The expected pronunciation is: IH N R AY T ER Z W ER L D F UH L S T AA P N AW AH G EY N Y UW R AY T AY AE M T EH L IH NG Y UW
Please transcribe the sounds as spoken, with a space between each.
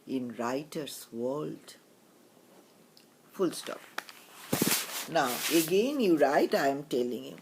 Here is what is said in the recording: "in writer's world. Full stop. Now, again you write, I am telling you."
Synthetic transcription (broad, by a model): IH N R AY T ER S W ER L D F UH L S T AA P N AW AH G EY N Y UW R AY T AY M T EH L IH NG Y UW